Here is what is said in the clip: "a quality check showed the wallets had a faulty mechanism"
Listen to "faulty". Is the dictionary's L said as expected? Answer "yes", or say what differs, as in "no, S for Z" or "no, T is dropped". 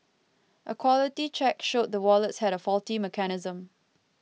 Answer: yes